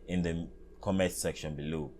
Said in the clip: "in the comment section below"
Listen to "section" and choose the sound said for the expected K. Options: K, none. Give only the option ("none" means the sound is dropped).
K